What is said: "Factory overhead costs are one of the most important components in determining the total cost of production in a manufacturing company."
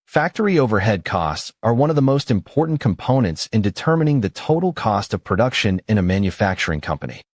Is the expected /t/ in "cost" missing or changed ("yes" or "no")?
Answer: no